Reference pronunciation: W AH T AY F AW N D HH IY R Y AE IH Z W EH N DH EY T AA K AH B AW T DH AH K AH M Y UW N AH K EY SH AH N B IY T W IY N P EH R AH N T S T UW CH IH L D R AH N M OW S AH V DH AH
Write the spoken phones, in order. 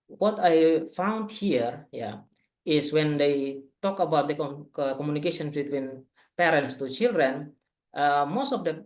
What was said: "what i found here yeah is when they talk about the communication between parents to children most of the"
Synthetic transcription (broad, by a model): W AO T AY F AW N D HH IY R Y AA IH S W EH N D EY T AA K AH B AW T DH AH K AH M Y UW N AH K EY SH AH N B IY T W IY N P EH R AH N T S T UW CH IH L D R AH N M OW S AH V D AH